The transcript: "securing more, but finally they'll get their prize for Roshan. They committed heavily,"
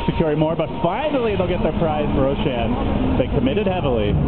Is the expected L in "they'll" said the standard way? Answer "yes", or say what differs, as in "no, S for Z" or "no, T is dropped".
yes